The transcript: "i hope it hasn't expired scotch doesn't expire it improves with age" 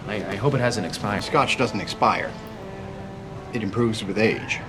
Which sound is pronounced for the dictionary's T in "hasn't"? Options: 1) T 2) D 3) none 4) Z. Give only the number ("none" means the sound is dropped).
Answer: 3